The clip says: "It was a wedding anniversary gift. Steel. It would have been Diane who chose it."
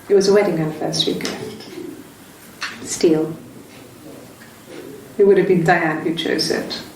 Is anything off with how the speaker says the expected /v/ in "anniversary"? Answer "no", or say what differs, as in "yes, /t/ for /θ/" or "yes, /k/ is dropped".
yes, /f/ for /v/